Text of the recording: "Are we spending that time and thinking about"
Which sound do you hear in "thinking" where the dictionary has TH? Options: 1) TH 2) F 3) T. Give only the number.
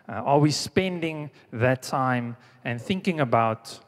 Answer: 1